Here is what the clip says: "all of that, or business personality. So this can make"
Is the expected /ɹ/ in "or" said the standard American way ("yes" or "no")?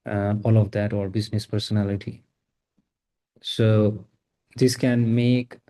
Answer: yes